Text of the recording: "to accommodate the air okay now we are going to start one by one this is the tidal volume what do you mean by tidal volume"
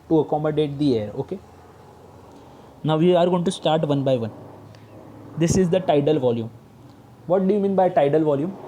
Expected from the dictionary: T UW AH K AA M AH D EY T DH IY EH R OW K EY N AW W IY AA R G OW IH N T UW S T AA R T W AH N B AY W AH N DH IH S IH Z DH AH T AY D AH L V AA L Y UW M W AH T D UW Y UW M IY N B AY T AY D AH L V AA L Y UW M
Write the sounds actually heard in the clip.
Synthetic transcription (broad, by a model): T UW AH K AA M AH D EY T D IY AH R OW K EY N AW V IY AA R G OW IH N T UW S T AA R T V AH N B AY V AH N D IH S IH Z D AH T AY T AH L V AA L Y UW M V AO T D UW Y UW M IY N B AY T AY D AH L V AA L Y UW M